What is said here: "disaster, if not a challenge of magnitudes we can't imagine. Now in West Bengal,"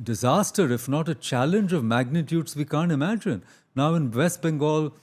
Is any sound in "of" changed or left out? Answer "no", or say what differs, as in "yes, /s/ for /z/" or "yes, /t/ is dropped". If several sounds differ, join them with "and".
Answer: no